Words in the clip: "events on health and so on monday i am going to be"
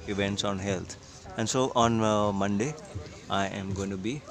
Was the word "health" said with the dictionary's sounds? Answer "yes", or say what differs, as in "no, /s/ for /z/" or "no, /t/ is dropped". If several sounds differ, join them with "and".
no, /t/ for /θ/